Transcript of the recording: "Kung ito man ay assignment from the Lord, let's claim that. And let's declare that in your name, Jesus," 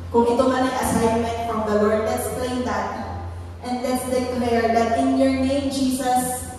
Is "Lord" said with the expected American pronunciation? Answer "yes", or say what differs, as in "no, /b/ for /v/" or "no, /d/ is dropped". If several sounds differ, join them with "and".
no, /w/ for /l/